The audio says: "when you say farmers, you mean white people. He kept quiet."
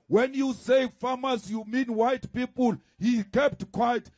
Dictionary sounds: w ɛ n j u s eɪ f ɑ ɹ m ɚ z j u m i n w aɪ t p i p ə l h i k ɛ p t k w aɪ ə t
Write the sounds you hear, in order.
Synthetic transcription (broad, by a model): w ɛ n j u s eɪ f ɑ m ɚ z j u m i n w aɪ t p i p ə l h i k ɛ p t k w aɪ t